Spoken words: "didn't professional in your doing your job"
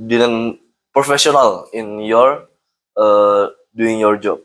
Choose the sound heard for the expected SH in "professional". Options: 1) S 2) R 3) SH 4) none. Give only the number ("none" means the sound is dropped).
1